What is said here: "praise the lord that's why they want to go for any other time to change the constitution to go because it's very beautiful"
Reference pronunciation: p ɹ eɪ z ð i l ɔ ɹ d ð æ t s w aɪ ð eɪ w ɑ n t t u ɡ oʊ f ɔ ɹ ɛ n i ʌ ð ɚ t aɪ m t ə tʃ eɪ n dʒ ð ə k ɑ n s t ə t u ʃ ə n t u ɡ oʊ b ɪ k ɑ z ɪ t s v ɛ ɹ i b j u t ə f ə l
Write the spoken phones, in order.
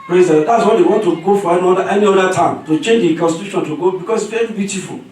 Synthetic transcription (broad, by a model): p ɹ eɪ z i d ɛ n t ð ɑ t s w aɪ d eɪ w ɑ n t t u ɡ oʊ f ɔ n ɛ n i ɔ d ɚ t aɪ m t ə tʃ eɪ n dʒ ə k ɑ n s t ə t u ʃ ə n t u ɡ oʊ b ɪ k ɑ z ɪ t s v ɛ i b j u t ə f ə l